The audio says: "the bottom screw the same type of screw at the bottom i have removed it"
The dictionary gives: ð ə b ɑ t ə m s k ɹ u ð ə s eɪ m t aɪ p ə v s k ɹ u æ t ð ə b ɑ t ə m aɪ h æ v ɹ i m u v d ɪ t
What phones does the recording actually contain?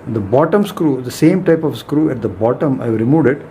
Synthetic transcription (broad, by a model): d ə b ɑ t ə m s k ɹ u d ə s eɪ m t aɪ p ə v s k ɹ u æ t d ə b ɑ t ə m aɪ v ɹ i m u d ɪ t